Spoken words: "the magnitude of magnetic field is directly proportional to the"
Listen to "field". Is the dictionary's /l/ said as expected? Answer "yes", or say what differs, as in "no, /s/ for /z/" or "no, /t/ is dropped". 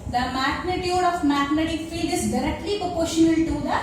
no, /l/ is dropped